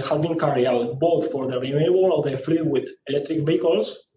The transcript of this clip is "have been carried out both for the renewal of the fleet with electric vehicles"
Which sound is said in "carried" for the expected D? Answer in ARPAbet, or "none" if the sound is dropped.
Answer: none